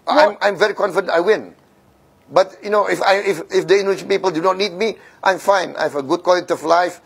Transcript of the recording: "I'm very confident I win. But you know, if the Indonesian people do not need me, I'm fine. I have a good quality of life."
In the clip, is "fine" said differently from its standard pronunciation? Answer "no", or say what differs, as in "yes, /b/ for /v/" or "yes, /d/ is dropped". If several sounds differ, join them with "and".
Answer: no